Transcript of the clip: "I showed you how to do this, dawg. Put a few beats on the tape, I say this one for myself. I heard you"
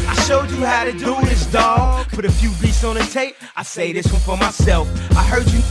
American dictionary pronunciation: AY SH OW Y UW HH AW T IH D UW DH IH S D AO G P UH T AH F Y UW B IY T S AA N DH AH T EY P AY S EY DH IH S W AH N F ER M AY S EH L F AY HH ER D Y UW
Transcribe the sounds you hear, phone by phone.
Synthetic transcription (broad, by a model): AY SH OW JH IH HH AW T IH D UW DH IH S D AO G B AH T AH F Y UW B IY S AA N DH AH T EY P AY S EY DH IH S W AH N F ER M AY S EH L F AY HH ER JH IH